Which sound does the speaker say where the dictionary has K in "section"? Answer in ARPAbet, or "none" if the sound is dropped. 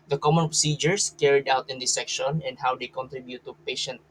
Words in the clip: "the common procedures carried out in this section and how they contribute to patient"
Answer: K